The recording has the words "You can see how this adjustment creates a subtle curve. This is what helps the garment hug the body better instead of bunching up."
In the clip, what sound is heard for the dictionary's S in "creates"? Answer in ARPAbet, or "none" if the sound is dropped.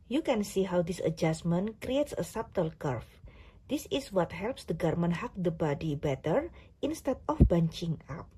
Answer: S